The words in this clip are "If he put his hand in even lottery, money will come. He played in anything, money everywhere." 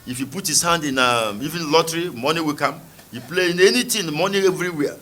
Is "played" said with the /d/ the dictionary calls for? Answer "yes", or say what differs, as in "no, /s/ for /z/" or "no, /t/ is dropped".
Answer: no, /d/ is dropped